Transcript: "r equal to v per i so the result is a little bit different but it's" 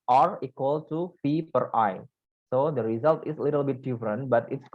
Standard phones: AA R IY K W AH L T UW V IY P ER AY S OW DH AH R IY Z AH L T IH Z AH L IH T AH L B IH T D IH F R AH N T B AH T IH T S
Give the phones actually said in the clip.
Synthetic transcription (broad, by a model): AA R IY K W AH L T UW F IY P ER AY S OW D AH R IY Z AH L T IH S AH L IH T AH L B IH T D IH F R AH N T B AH T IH T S